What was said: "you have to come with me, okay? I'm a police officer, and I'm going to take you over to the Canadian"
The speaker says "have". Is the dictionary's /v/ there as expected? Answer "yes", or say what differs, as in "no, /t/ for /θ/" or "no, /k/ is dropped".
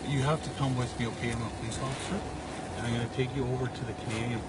no, /f/ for /v/